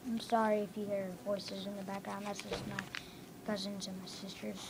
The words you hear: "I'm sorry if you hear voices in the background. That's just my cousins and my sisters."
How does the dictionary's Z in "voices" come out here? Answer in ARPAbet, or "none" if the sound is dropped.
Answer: Z